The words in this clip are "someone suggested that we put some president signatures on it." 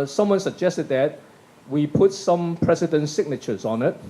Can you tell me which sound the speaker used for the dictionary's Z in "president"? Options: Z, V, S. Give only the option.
S